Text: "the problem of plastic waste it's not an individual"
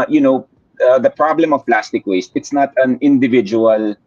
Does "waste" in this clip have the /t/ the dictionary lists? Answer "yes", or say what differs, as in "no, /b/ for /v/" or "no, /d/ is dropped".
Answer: yes